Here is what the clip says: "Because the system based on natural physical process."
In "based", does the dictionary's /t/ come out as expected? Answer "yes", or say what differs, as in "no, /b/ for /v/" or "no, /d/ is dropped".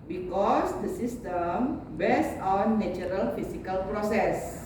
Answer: no, /t/ is dropped